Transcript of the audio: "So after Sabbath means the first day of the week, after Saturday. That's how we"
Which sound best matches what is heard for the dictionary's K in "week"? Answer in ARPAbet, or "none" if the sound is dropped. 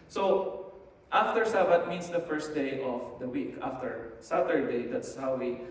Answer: K